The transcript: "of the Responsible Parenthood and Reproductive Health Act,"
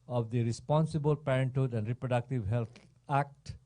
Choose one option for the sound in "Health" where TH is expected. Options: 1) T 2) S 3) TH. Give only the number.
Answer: 1